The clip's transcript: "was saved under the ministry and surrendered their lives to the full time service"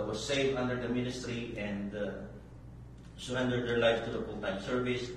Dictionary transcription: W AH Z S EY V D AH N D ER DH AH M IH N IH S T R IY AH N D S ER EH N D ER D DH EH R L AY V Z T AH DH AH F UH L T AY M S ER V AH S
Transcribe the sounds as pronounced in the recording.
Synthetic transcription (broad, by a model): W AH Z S EY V AH N D ER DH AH M IH N IH S T R IY AH N D S ER EH N D ER D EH R L AY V T AH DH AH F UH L T AY M S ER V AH S